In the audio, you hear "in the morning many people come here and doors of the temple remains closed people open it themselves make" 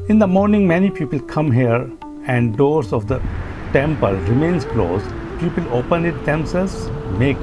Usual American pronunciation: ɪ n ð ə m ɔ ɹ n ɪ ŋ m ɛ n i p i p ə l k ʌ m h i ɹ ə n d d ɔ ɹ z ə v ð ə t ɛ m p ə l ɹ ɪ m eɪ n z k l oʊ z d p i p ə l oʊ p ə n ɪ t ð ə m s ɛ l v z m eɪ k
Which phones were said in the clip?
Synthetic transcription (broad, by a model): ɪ n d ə m ɔ ɹ n ɪ ŋ m ɛ n i p i p ə l k ʌ m h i ɹ ə n d d ɔ ɹ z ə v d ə t ɛ m p ə l ɹ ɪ m eɪ n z k l oʊ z p i p ə l oʊ p ə n ɪ t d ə m s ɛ l z m eɪ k